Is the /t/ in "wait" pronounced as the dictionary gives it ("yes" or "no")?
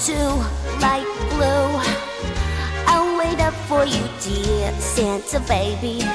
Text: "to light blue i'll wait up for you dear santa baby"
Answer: yes